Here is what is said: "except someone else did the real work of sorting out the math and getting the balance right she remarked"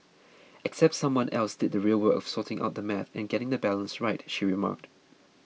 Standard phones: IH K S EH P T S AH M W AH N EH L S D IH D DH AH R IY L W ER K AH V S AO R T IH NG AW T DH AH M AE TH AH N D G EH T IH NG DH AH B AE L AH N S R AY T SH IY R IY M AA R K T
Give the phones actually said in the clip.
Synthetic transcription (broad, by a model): IH K S EH P T S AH M W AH N EH L S D IH D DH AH R IY L W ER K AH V S AO T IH NG AW T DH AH M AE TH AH N G EH T IH NG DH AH B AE L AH N S R AY T SH IY R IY M AA K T